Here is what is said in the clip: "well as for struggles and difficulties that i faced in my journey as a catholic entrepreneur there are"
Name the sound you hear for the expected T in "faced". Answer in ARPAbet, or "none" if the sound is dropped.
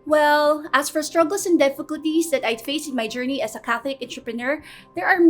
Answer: none